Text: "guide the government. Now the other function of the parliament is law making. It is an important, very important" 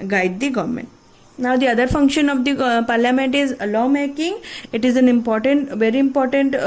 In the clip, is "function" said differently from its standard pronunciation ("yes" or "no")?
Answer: no